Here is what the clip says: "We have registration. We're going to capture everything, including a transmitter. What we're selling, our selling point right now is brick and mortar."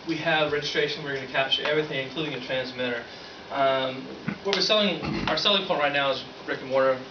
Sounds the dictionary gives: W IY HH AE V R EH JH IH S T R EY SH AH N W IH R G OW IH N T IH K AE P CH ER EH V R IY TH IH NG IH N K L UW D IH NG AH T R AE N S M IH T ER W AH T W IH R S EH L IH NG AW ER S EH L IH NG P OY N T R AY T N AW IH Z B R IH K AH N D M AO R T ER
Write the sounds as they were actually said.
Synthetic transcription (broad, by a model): W IY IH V R EH JH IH S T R EY SH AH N W IH R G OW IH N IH K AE P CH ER EH V R IY TH IH NG IH N K L UW D IH NG AH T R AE N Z M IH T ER W AH T W IH R S EH L IH NG AW ER S EH L IH NG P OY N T R AY T N AW IH Z B R IH K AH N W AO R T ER